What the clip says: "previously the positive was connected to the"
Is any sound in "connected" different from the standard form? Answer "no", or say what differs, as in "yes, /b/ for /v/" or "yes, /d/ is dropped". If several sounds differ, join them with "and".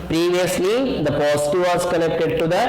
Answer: yes, /l/ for /n/